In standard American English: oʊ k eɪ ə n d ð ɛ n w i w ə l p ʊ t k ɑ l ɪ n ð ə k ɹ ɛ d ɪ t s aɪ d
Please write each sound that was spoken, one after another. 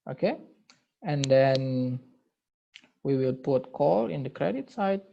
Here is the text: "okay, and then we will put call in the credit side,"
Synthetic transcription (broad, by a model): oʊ k eɪ ə n d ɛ n w i w ə l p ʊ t k ɑ l ɪ n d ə k ɹ ɛ d ɪ t s aɪ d